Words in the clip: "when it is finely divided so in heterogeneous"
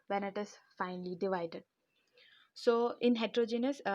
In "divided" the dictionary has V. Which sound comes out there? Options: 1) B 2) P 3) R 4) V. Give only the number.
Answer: 4